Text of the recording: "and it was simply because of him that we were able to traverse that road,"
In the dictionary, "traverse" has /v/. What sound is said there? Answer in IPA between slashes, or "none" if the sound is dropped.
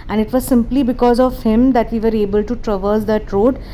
/v/